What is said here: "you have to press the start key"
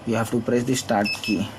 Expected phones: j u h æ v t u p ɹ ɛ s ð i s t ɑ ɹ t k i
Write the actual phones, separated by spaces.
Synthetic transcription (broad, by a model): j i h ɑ f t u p ɹ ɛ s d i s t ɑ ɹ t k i